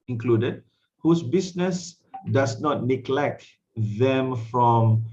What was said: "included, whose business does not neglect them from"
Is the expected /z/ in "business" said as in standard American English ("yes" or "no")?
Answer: no